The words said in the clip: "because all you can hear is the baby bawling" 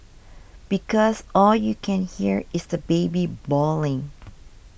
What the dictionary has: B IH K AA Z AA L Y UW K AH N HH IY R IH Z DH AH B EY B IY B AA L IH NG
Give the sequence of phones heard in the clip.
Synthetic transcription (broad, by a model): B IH K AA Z AA L Y UW K AH N HH IY R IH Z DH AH B EY B IY B AA L IH NG